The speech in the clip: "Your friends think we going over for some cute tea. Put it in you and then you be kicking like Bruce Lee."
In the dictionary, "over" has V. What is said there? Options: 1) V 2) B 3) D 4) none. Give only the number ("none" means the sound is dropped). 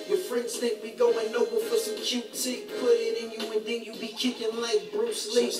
2